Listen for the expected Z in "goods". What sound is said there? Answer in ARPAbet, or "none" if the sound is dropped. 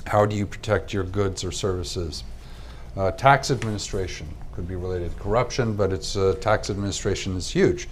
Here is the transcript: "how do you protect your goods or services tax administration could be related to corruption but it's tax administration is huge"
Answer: Z